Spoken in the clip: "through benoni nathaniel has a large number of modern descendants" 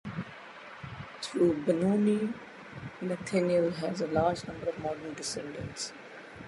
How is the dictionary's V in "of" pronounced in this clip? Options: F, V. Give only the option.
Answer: V